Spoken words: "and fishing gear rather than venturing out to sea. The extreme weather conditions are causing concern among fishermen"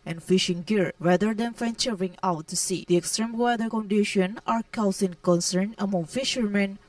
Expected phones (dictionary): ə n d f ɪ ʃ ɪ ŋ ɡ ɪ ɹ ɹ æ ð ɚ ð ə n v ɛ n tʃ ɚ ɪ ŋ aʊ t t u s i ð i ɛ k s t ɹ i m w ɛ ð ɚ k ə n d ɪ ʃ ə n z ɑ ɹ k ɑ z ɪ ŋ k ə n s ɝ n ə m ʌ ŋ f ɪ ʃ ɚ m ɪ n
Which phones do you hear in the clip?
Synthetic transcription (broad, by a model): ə n f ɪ ʃ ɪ ŋ ɡ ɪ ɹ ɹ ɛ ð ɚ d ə n f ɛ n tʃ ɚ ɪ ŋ aʊ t t u s i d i ɛ k s t ɹ i m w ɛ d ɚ k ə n d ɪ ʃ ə n ɑ ɹ k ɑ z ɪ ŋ k ə n s ɝ n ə m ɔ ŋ f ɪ ʃ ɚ m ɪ n